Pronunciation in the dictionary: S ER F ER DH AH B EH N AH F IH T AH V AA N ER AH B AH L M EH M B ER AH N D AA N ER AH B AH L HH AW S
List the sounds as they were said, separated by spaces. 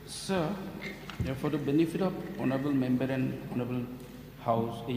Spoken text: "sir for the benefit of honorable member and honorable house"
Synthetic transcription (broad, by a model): S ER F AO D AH B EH N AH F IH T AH P AA N ER AH B AH L M EH M B ER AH N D AA N ER AH B AH L HH AW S